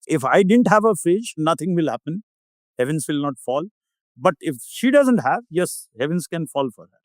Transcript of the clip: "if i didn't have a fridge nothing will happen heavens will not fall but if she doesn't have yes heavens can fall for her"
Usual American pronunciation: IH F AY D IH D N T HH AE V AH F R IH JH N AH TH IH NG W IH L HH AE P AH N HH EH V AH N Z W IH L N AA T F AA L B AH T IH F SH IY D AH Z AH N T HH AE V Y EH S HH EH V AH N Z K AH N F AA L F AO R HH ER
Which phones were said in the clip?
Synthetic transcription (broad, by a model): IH F AY D IH D N T HH AE V AH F IH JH N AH T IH NG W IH L HH AE P AH N HH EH V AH N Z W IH L N AA T F AA L B AH T IH F SH IY D AH Z AH N T HH AE V Y EH S HH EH V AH N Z K AH N F AA L F AO R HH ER